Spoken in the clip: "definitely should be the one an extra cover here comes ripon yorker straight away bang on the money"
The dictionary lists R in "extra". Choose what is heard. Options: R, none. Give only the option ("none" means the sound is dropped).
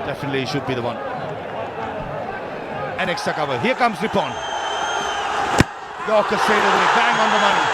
none